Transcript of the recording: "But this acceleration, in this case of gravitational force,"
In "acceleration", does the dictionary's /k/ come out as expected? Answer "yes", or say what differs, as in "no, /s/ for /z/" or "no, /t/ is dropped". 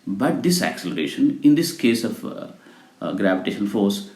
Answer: yes